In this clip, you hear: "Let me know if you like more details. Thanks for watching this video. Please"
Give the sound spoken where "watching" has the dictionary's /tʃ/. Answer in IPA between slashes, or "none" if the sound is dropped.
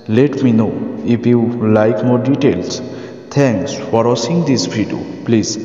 /s/